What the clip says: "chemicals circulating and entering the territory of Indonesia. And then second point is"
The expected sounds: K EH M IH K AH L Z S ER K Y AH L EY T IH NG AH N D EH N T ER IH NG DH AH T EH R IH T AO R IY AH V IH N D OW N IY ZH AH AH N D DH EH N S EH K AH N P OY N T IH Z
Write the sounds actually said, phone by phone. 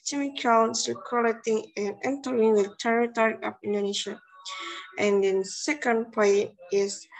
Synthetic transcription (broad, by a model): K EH M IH K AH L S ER K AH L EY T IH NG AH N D EH N T ER IH NG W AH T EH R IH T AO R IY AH P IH N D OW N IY SH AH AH N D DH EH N S EH K AH N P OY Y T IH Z